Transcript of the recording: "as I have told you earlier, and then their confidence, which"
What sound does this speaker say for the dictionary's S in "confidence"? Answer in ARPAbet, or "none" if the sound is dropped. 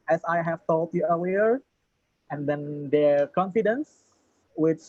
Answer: S